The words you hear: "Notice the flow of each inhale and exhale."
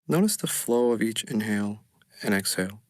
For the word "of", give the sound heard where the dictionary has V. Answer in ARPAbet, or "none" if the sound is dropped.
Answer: V